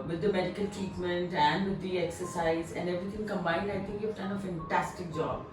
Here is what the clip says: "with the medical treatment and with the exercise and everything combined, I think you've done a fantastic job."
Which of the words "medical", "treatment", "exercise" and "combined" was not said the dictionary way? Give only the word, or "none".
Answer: treatment